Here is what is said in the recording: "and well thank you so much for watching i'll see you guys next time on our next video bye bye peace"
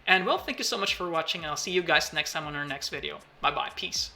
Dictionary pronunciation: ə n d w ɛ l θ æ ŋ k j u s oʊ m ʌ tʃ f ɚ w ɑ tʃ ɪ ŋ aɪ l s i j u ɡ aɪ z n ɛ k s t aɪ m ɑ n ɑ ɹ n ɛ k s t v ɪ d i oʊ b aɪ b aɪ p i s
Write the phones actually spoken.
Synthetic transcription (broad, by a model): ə n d w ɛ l θ æ ŋ k j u s oʊ m ʌ tʃ f ɚ w ɑ tʃ ɪ ŋ aɪ l s i j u ɡ aɪ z n ɛ k s t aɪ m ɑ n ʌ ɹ n ɛ k s t v ɪ d i oʊ b aɪ b aɪ p i s